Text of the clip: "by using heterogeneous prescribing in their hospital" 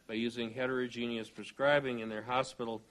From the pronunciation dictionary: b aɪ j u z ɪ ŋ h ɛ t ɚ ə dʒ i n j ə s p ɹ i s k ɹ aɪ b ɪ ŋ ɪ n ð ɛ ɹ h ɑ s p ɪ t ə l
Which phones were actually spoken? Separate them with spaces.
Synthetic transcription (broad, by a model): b aɪ j u z ɪ ŋ h ɛ t ɚ ə dʒ i n j ə s p ɹ i s k ɹ aɪ b ɪ ŋ ɪ n ð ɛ ɹ h ɑ s p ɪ t l